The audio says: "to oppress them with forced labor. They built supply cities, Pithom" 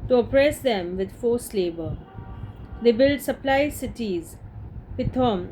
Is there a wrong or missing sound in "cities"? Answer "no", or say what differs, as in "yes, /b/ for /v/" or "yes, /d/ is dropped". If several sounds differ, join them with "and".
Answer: no